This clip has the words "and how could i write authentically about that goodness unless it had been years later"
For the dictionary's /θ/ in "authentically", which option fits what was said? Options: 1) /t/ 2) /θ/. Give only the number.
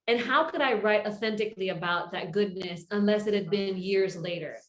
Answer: 2